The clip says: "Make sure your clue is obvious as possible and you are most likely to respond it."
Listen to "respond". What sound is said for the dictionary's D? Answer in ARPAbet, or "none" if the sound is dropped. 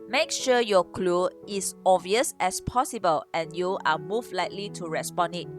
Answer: none